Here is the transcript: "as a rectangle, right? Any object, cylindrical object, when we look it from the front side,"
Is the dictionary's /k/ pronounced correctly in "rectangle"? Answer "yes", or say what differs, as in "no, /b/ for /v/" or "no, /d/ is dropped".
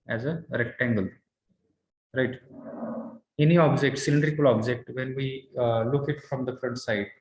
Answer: yes